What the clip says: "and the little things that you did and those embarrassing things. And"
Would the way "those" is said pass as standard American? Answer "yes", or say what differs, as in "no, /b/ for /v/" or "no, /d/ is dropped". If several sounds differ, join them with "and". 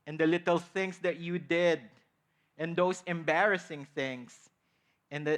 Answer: no, /s/ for /z/